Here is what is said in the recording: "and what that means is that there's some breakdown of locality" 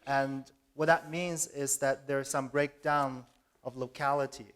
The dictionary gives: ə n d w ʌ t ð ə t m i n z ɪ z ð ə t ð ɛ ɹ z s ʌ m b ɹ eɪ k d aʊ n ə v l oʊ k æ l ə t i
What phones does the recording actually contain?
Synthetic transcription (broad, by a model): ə n w ʌ t ð ə t m i n z ɪ z ð ə t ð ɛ ɹ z s ʌ m b ɹ eɪ k d aʊ n ə v l oʊ k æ l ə t i